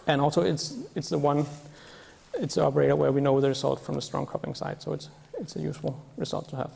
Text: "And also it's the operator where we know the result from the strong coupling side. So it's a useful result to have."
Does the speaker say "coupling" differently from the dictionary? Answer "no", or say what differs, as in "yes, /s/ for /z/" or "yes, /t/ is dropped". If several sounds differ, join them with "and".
yes, /l/ is dropped